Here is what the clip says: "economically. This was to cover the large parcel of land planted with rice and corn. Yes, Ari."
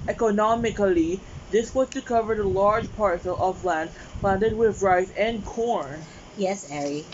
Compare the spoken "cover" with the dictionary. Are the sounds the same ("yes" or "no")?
yes